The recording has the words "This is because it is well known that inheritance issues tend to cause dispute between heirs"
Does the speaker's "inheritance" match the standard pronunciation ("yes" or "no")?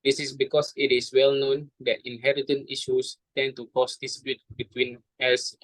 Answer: no